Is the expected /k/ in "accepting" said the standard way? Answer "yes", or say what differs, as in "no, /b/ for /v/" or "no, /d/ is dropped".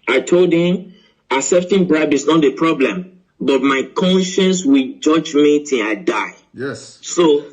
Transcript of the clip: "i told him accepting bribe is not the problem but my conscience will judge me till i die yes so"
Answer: no, /k/ is dropped